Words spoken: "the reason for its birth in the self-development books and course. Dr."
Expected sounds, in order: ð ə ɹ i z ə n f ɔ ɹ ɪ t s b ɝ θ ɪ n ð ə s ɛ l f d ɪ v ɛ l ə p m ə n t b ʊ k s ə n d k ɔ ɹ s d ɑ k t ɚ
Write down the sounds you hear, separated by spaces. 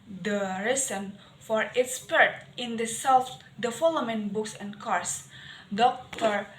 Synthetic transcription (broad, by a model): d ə ɹ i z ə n f ɔ ɹ ɪ t s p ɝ t ɪ n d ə s ɛ l f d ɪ f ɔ l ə m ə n b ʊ k s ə n k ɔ ɹ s d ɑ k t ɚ